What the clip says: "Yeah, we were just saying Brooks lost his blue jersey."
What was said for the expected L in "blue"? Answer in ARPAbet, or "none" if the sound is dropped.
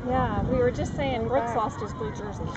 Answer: none